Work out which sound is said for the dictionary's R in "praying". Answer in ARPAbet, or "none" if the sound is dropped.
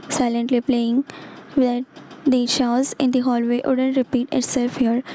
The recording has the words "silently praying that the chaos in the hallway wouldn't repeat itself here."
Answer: L